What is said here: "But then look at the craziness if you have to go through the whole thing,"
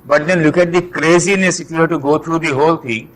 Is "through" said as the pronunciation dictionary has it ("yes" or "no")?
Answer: no